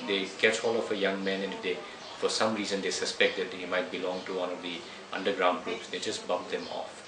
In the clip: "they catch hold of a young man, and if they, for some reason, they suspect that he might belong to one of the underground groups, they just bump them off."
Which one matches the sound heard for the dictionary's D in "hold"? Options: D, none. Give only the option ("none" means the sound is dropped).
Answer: none